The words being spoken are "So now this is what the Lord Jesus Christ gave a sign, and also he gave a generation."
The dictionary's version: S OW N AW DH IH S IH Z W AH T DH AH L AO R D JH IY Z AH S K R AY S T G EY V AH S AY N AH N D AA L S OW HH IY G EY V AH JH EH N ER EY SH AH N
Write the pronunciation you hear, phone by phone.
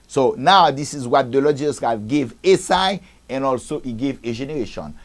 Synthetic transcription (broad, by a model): S OW N AW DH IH S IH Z W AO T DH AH L AO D JH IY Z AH S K R AY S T G EY V AH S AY AH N AA L S OW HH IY G EY V AH JH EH N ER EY SH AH N